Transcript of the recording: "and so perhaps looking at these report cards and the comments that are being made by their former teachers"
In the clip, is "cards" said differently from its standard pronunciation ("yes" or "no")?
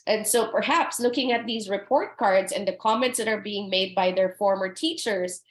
no